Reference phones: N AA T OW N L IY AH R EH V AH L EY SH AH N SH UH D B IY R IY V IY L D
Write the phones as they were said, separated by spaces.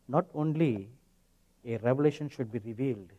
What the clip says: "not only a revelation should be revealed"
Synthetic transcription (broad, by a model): N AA T OW N L IY AH R EH V AH L EY SH AH N SH UH D B IY R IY V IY L D